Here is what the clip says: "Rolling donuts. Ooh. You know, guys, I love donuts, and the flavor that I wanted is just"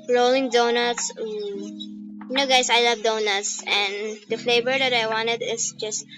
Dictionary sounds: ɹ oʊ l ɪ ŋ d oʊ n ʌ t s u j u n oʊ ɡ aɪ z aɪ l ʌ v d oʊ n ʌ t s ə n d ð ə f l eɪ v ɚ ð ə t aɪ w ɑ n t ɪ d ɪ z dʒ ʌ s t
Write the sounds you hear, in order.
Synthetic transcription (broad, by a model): ɹ oʊ l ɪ ŋ d oʊ n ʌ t s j n oʊ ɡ aɪ s aɪ l ʌ v d oʊ n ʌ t s ə n d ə f l eɪ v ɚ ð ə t aɪ w ɑ n t ɪ d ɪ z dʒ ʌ s t